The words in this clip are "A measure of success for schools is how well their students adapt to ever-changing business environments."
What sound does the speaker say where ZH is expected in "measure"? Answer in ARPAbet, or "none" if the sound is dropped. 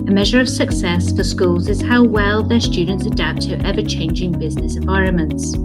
ZH